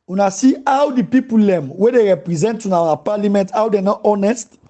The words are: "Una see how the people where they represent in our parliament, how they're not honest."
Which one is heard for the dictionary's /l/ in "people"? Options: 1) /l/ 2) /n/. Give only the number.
1